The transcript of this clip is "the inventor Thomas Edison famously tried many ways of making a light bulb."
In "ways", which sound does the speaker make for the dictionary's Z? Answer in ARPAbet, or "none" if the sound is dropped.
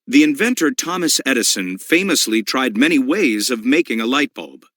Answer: Z